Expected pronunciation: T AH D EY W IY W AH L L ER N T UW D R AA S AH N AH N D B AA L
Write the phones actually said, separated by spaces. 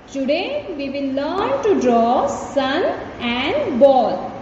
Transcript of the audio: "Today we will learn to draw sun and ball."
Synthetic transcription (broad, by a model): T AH D EY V IY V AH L L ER N T UW D R AA S AH N AH N D B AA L